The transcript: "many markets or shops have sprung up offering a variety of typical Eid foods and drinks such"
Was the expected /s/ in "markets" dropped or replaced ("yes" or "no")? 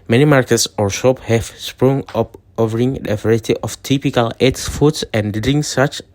no